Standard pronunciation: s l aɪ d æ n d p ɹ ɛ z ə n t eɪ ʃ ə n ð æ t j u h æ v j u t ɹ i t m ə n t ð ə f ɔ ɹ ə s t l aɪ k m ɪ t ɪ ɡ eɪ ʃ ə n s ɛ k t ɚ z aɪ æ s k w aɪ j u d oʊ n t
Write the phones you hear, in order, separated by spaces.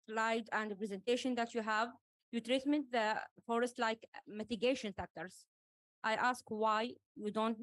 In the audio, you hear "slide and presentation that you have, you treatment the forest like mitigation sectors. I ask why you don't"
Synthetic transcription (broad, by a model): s l aɪ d æ n d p ɹ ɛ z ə n t eɪ ʃ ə n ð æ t j u h æ v j u t ɹ i t m ə n t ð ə f ɔ ɹ ə s t l aɪ k m ɪ t ɪ ɡ eɪ ʃ ə n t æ k t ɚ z aɪ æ s k w aɪ j u d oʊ n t